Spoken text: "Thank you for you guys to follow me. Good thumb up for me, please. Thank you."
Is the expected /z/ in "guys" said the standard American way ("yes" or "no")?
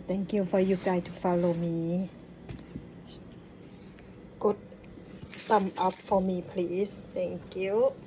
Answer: no